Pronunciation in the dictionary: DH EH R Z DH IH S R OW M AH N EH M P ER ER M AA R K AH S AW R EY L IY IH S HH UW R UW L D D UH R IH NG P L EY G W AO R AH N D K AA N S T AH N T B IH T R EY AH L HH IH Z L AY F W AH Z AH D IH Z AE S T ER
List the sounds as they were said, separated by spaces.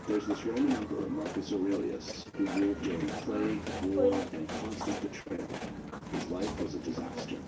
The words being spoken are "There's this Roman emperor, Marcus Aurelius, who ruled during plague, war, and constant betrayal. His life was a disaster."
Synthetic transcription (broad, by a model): DH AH R Z DH IH S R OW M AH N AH M B ER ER M AA R K AH S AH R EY L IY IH S HH UW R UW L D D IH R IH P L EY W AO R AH N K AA N S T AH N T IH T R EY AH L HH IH Z L AY F W AH Z AH D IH Z AE S T ER